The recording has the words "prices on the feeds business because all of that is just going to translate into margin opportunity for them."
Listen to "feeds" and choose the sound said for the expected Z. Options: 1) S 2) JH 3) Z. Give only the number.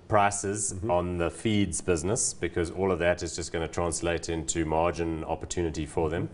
3